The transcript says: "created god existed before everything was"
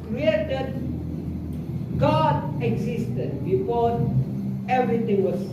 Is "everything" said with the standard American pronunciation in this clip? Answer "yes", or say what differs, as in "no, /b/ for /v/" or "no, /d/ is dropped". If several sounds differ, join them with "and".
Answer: no, /t/ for /θ/